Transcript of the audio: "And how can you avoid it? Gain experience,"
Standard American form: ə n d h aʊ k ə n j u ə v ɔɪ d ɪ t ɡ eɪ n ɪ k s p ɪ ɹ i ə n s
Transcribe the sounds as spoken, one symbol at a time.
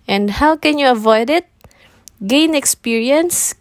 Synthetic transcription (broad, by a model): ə n d h aʊ k ə n j u ə v ɔɪ d ɪ t ɡ eɪ n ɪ k s p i ɹ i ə n s